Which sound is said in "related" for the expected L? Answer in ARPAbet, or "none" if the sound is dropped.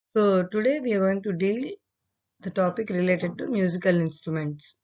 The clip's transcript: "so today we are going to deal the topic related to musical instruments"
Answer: L